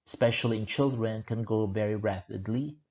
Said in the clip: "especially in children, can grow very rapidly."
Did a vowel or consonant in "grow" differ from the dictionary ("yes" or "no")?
yes